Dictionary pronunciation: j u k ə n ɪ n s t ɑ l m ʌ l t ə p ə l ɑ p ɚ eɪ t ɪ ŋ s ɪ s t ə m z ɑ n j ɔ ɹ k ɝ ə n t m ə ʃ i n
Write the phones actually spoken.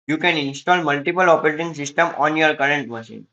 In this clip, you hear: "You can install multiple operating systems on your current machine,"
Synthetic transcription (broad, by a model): j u k ə n ɪ n s t ɑ l m ʌ l t ə p ə l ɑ p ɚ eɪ t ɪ ŋ s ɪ s t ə m ɑ n j ɔ ɹ k ɝ ə n t m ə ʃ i n